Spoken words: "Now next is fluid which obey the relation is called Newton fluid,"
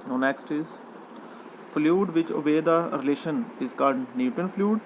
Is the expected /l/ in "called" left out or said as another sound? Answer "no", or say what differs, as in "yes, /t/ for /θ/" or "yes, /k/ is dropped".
yes, /l/ is dropped